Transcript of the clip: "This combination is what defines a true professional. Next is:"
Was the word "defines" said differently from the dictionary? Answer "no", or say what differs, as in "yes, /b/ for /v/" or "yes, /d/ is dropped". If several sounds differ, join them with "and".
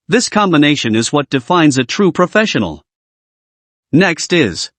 no